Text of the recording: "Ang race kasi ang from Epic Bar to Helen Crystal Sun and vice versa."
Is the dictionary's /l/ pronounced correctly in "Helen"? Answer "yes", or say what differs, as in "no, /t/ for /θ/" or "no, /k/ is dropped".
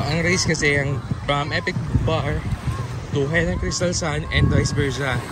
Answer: no, /n/ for /l/